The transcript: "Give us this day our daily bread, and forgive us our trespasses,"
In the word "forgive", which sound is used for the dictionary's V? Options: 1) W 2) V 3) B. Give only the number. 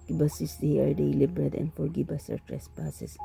3